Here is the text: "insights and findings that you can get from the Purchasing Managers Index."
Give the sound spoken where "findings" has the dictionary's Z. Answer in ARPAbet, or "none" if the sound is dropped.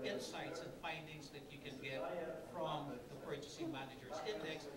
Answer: Z